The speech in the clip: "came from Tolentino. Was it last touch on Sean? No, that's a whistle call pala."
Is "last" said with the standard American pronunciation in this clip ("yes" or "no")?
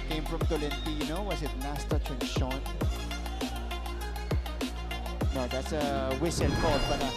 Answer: no